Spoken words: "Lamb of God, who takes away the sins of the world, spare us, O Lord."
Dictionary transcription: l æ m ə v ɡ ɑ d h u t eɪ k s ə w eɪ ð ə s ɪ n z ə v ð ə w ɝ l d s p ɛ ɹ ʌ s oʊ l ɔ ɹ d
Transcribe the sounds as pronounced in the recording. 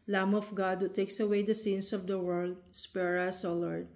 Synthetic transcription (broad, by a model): l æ m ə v ɡ ɑ d h u t eɪ k s ə w eɪ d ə s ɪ n s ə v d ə w ɝ l d s p ɛ ɹ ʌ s oʊ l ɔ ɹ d